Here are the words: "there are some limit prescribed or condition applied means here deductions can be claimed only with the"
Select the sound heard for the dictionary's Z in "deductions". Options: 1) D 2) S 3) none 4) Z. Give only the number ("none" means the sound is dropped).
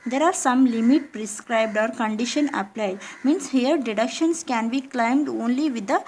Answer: 2